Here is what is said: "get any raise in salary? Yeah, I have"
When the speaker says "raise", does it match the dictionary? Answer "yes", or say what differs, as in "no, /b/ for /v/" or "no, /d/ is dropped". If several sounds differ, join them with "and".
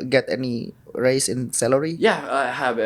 no, /s/ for /z/